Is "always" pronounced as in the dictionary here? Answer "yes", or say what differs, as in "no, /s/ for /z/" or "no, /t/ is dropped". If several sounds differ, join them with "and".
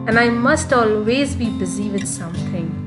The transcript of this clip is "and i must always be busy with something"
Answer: yes